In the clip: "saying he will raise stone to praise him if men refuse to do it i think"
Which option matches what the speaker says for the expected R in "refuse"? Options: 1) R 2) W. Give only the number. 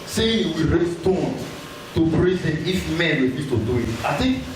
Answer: 2